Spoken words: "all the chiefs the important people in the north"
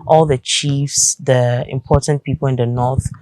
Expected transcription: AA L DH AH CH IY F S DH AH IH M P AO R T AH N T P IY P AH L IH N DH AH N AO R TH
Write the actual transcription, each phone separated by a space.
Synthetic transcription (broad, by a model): AA L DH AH CH IY F S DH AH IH M P AO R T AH N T P IY P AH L IH N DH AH N AO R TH